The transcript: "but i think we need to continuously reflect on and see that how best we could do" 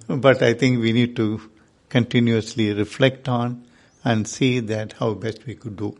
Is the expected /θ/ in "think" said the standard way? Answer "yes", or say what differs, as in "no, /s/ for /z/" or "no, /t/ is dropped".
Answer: no, /t/ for /θ/